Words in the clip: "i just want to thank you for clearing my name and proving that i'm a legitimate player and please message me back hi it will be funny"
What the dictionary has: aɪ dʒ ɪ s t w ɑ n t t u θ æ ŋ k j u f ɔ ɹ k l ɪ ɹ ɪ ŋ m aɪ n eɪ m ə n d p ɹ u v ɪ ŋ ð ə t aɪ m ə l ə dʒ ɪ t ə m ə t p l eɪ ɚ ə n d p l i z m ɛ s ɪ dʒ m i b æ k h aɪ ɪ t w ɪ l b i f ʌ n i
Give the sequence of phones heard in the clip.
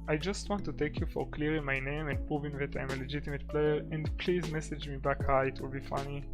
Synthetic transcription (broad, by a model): aɪ dʒ ɪ s t w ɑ n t t u t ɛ k j u f ɔ ɹ k l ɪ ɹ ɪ ŋ m aɪ n eɪ m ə n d p ɹ u v ɪ ŋ ð ə t aɪ m ə l ə dʒ ɪ t ə m ə t p l eɪ ɚ ə n d p l i z m ɛ s ɪ dʒ m i b æ k h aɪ ɪ t w ɪ l b i f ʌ n i